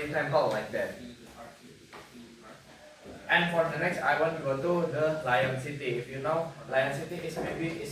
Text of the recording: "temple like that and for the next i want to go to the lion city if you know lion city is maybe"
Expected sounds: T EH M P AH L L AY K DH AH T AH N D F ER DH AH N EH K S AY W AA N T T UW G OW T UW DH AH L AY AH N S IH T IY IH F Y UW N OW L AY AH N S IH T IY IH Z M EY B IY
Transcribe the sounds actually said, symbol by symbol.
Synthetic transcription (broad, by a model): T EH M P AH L L AY K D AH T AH N F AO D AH N EH K S AY W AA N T T UW G OW T UW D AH L AY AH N S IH T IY IH F Y UW N OW L AY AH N S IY T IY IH S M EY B IY